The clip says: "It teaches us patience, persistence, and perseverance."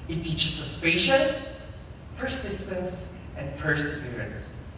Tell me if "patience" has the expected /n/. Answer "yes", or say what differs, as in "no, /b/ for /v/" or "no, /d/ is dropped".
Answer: no, /n/ is dropped